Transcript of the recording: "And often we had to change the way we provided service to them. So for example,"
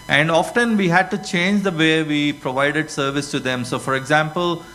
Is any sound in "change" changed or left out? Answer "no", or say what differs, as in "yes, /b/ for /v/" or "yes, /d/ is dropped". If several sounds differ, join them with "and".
no